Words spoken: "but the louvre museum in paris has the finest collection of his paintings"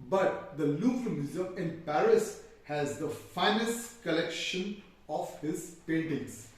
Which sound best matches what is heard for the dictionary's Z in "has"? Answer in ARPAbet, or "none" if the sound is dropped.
Z